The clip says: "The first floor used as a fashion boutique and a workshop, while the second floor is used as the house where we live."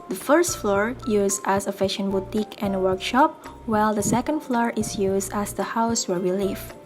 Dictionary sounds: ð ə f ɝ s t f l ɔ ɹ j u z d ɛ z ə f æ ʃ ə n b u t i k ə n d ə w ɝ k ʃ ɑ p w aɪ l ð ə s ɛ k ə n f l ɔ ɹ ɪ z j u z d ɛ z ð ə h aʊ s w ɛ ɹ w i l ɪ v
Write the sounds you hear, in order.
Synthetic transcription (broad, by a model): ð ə f ɝ s t f l ɔ ɹ j u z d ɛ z ə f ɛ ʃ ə n b u t i k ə n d ə w ɝ k ʃ ɑ p w aɪ l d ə s ɛ k ə n f l ɔ ɹ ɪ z j u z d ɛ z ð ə h aʊ s w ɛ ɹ w i l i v